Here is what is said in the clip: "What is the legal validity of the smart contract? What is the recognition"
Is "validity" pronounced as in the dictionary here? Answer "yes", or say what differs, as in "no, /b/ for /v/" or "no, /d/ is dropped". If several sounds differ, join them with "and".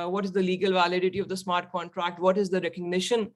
yes